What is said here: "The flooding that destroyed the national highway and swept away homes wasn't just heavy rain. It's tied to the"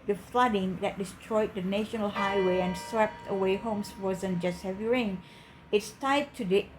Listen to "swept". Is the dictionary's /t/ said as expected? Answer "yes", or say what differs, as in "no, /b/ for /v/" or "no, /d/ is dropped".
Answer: yes